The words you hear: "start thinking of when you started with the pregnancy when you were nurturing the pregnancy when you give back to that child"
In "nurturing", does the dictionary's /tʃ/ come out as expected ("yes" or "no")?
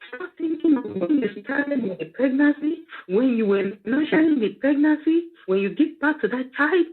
no